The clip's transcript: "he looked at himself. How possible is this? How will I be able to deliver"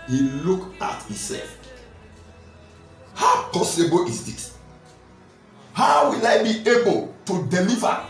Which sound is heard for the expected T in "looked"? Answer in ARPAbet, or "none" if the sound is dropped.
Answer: none